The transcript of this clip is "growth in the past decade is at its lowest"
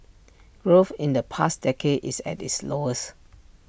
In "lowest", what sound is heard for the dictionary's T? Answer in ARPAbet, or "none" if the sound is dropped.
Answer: none